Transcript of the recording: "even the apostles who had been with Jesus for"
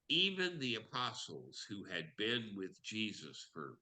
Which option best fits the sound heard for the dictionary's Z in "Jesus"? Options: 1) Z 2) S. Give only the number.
1